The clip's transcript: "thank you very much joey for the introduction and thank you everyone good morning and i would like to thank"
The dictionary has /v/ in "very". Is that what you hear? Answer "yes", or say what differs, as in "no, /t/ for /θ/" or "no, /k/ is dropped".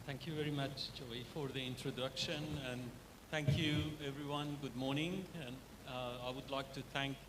yes